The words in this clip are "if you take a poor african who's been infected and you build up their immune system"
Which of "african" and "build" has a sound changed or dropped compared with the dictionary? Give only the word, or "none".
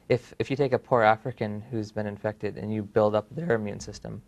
none